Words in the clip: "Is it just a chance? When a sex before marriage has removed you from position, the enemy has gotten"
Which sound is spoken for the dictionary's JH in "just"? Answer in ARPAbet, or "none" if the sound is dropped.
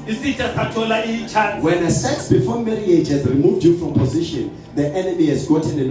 CH